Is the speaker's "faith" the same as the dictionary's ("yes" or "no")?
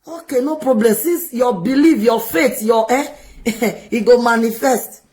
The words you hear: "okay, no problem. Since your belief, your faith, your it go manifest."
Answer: no